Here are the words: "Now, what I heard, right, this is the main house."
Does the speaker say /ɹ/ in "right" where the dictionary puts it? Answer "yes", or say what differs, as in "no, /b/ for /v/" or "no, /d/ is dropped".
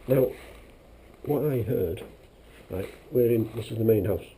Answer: no, /l/ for /ɹ/